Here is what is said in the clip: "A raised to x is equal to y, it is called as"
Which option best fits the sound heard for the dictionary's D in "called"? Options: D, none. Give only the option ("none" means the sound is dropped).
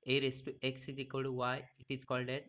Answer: D